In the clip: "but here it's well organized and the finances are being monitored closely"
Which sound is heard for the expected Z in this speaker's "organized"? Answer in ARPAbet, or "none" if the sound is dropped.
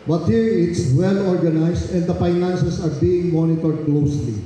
S